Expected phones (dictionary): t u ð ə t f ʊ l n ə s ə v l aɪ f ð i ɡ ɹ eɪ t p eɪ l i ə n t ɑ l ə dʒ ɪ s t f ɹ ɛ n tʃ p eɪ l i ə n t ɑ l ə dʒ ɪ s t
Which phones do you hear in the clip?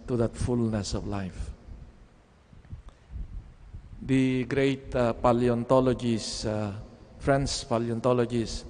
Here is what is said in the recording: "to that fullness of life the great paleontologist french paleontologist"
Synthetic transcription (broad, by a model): t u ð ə t f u l n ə s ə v l aɪ f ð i ɡ ɹ eɪ t p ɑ l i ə n t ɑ l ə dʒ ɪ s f ɹ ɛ n s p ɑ l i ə n t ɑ l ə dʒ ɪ s